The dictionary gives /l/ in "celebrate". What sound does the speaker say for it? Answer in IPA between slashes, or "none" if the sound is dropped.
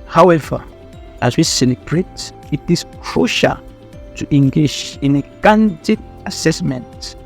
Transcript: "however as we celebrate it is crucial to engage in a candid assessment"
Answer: /n/